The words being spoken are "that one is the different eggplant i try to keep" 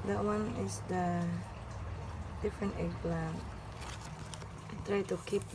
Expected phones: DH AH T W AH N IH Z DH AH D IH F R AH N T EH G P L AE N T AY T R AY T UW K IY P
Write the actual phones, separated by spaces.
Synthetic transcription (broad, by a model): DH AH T W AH N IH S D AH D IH F R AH N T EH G L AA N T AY T R AY T UW K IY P